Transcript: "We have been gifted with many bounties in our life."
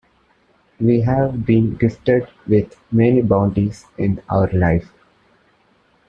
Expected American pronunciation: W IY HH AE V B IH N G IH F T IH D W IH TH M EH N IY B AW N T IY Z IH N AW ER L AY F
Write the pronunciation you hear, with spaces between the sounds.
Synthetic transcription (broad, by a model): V IY HH AE V B IH N G IH F T IH D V IH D M EH N IY B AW N T IY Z IH N AW ER L AY F